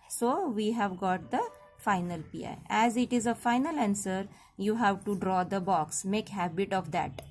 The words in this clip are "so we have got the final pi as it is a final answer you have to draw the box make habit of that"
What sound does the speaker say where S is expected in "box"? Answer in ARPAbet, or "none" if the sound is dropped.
S